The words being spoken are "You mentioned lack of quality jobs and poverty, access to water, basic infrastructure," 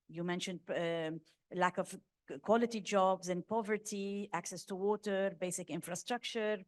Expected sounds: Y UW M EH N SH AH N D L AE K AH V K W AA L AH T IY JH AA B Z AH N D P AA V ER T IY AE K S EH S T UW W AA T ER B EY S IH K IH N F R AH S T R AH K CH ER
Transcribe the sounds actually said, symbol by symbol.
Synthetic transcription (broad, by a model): Y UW M EH N SH AH N D L AE K AH V K W AA L AH T IY JH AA B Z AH N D P AA V ER T IY AE K S EH S T UW W AA T ER B EY S IH K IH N F R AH S T R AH K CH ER